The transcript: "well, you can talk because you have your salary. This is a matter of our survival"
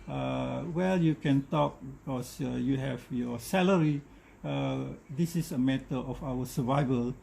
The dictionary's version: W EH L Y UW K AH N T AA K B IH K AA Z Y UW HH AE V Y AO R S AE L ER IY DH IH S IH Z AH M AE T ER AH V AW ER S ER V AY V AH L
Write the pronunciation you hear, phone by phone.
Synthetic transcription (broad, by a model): W EH L Y UW K AH N T AA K B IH K AA S Y UW HH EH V Y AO S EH L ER IY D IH S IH S AH M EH T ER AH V AW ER S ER V AY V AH L